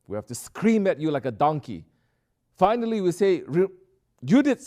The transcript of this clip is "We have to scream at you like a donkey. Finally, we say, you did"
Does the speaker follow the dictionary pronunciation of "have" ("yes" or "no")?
no